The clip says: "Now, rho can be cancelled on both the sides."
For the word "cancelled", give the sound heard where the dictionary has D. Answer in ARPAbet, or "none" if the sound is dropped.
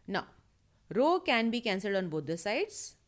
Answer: D